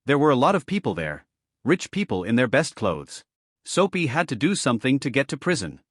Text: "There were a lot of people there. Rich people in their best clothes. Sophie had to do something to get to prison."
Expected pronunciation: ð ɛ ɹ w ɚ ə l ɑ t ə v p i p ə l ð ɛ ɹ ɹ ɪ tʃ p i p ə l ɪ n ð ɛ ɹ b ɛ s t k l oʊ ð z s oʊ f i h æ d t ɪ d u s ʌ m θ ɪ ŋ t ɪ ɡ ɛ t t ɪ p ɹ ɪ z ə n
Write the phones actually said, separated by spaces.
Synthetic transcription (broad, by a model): ð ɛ ɹ w ɚ ə l ɑ t ə v p i p l ð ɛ ɹ ɹ ɪ tʃ p i p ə l ɪ n ð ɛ ɹ b ɛ s t k l oʊ ð z s oʊ p i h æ d t ɪ d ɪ s ʌ m θ ɪ ŋ t ɪ ɡ ɛ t t ɪ p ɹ ɪ z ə n